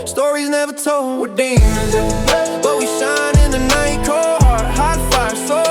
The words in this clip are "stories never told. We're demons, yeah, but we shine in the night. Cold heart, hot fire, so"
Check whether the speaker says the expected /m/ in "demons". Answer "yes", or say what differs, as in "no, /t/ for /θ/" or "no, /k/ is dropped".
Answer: no, /m/ is dropped